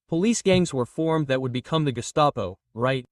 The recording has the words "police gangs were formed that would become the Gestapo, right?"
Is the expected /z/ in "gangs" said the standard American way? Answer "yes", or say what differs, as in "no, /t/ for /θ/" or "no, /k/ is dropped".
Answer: yes